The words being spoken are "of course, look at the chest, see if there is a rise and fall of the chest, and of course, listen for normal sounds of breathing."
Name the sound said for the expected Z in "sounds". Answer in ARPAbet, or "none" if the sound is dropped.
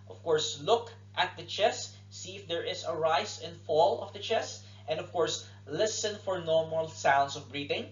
S